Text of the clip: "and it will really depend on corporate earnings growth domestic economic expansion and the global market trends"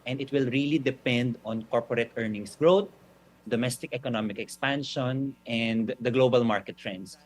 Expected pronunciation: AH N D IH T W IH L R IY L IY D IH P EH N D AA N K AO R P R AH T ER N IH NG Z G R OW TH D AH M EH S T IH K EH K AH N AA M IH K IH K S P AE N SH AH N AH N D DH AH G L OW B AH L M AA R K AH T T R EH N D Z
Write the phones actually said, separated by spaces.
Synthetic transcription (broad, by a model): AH N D IH T W IH L R IY L IY D IH P EH N D AA N K AO R P R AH T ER N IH NG S G R OW T D AH M EH S T IH K EH K AH N AA M IH K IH K S P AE N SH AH N AH N D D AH G L OW B AH L M AA R K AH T T R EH N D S